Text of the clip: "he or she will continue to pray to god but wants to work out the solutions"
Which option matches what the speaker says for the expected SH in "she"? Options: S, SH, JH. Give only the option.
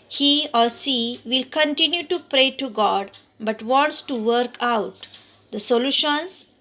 S